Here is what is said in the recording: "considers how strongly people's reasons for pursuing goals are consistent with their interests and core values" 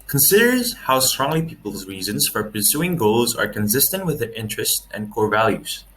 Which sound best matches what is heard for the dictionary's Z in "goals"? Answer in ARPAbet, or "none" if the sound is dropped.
Z